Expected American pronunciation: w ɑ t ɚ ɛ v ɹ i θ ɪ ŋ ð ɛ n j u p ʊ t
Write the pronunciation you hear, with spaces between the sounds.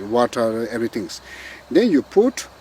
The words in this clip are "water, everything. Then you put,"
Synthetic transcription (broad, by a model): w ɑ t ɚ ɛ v ɹ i t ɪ ŋ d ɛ n j u p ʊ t